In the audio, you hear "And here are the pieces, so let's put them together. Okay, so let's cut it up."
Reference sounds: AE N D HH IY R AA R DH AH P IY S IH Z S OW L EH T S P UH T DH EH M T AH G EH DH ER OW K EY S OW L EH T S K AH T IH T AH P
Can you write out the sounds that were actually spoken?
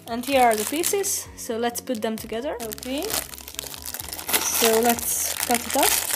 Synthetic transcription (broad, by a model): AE N D HH IY R AA R DH AH P IY S IH Z S OW L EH T S P UH T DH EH M T AH G EH DH ER OW K EY S OW L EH T S K AH T IH T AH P